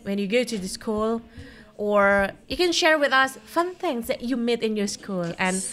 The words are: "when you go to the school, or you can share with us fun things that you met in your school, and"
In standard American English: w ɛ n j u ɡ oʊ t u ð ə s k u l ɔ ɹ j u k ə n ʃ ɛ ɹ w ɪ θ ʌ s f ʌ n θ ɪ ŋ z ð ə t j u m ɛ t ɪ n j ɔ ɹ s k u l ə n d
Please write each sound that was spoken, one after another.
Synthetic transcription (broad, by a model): w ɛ n j u ɡ oʊ t u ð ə s k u l ɔ ɹ j u k ə n ʃ ɛ ɹ w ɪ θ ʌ s f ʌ n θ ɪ ŋ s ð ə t j u m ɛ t ɪ n j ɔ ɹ s k u l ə n